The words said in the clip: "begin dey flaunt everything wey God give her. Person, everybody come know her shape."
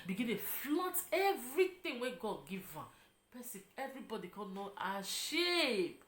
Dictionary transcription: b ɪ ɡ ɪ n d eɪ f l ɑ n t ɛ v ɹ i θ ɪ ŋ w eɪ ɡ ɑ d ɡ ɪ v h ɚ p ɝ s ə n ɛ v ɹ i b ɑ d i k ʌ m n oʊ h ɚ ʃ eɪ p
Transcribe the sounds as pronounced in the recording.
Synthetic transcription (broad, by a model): b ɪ ɡ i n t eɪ f l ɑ t ɛ v ɹ i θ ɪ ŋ w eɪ ɡ ɑ d ɡ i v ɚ p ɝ s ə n ɛ v ɹ i b ɑ d i k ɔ n oʊ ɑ ʃ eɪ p